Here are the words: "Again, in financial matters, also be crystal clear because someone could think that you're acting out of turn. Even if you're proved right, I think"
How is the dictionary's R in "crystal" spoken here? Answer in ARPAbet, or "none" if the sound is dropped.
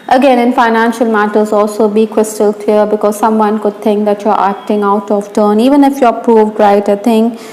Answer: W